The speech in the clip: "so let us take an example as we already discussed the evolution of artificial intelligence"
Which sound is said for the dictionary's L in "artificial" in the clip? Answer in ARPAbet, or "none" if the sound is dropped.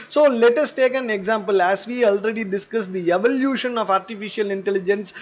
L